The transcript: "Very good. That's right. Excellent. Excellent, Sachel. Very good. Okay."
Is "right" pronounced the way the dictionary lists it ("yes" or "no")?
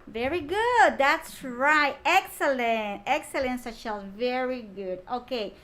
yes